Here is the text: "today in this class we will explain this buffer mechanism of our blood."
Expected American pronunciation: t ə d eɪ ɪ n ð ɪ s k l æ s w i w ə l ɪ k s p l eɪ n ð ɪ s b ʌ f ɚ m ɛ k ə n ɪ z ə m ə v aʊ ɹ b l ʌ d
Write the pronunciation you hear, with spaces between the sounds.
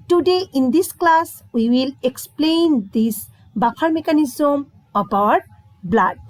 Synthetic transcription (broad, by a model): t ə d eɪ ɪ n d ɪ s k l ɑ s w i w ə l ɪ k s p l eɪ n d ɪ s b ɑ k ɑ m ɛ k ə n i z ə m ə b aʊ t b l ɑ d